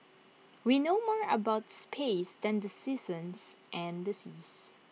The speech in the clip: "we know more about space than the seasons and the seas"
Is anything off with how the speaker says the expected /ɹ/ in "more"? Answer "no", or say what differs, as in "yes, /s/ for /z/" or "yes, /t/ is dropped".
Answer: no